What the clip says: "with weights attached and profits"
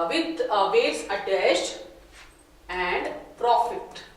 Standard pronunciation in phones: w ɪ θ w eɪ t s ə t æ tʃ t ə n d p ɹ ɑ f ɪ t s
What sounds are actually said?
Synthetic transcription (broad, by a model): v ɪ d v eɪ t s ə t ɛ s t ə n d p ɹ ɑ f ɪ t